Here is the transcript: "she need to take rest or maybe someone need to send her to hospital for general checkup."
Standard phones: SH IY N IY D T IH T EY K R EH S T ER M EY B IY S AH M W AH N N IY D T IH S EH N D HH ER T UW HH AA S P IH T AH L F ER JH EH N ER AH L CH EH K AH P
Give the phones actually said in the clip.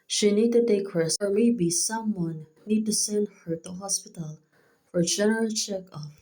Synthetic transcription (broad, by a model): SH IY N IY D T IH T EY K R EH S ER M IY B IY S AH M W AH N N IY D T IH S EH N D HH ER T UW HH AA S P IH T AH L F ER JH EH N ER AH L CH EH K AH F